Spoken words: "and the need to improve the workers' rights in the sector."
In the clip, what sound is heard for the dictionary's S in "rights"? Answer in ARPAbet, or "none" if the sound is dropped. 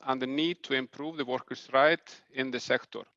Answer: none